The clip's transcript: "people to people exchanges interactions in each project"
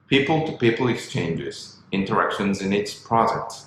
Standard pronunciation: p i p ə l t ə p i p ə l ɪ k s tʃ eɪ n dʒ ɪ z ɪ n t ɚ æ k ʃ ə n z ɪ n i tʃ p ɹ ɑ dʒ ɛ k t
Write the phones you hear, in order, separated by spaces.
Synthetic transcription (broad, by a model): p i p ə l t ə p i p l ɪ k s tʃ eɪ n dʒ ɪ z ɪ n t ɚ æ k ʃ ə n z ɪ n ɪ s p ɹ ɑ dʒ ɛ k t